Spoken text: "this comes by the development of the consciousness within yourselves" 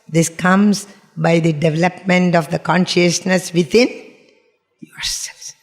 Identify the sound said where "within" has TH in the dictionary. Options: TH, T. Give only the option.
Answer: T